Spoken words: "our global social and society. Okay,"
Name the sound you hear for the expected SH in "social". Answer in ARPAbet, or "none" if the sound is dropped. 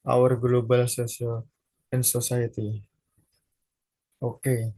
S